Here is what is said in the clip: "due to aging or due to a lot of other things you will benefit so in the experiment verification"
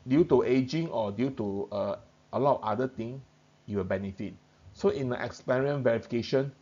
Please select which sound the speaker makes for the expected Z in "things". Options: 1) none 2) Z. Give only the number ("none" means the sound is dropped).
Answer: 1